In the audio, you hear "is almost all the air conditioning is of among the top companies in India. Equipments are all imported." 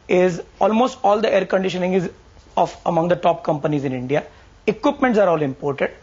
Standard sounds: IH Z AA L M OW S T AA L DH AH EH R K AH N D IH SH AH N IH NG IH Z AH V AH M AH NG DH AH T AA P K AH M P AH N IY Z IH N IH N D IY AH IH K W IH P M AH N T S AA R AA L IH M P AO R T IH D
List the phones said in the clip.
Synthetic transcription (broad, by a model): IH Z AA L M OW S T AA L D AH EH R K AH N D IH SH AH N IH NG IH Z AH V AH M AH NG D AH T AA P K AH M P AH N IY Z IH N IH N D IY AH IH K W IH P M AH N T S AA R AA L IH M P AO R T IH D